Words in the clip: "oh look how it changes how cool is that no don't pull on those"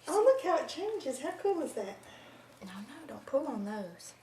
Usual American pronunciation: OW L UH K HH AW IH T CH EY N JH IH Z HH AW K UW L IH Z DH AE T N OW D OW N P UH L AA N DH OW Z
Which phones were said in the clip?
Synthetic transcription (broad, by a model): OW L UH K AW IH T CH EY N JH IH Z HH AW K UW L IH Z DH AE T N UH D OW N P UH L N DH OW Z